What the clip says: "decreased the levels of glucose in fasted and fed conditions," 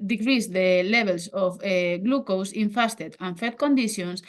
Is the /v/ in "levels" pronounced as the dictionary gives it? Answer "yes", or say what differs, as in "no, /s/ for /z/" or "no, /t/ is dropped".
no, /b/ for /v/